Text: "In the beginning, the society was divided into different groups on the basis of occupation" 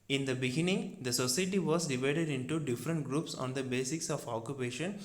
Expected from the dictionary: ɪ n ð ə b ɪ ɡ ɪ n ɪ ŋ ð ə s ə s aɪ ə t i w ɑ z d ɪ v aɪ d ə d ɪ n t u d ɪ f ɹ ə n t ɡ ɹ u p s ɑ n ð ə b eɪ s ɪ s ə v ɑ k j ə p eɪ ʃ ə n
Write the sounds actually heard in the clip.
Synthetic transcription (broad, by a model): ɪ n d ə b ɪ ɡ ɪ n ɪ ŋ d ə s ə s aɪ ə t i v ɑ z d ɪ v aɪ d ə d ɪ n t u d ɪ f ɹ ə n t ɡ ɹ u p s ɑ n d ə b eɪ s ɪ s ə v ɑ k j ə p eɪ ʃ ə n